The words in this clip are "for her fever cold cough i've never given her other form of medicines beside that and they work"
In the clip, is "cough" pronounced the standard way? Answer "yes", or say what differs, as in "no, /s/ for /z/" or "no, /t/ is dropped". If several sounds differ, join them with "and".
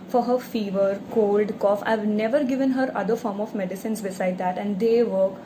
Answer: yes